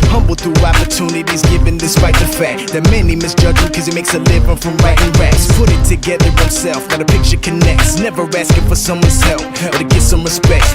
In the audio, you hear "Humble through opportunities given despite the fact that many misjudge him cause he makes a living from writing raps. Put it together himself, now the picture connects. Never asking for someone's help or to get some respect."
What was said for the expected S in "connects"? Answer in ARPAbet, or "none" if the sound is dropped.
S